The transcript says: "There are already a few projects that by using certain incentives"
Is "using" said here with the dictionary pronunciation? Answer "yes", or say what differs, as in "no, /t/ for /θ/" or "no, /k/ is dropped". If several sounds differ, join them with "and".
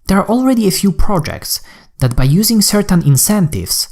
yes